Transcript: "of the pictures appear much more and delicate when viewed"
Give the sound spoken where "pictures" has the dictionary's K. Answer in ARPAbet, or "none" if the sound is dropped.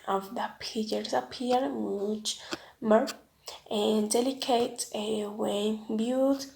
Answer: none